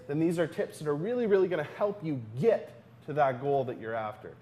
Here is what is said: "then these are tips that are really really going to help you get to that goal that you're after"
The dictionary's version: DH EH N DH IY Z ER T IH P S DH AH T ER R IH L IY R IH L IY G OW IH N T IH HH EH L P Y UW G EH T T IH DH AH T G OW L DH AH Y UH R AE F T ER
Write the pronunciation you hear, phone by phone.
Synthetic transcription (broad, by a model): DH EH N DH IY Z ER T IH P S DH AH T ER R IH L IY R IH L IY G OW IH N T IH HH EH L P Y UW G EH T T IH DH AH T G OW L DH AH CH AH R AE F T ER